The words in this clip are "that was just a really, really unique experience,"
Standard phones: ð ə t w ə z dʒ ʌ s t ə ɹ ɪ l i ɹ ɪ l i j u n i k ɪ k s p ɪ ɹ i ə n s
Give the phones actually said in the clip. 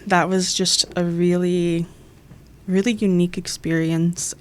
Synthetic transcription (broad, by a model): ð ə t w ə z dʒ ʌ s t ə ɹ ɪ l i ɹ ɪ l i j u n i k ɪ k s p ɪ ɹ i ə n s